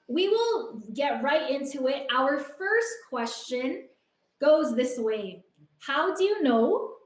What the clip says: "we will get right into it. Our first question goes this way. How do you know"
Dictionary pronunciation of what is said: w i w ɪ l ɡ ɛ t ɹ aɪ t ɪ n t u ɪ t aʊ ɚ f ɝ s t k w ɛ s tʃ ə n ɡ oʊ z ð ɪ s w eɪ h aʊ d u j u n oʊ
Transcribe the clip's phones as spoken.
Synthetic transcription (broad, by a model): w i w ɪ l ɡ ɛ t ɹ aɪ t ɪ n t u ɪ t aʊ ɚ f ɝ s t k w ɛ s tʃ ə n ɡ oʊ z ð ɪ s w eɪ h aʊ d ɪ j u n oʊ